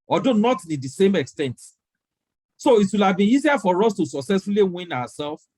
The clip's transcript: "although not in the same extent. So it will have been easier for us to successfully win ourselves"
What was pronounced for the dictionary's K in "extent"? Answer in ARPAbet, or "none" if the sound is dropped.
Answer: K